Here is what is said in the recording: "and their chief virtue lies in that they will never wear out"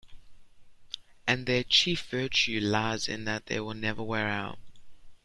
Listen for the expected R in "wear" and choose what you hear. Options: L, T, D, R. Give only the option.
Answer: R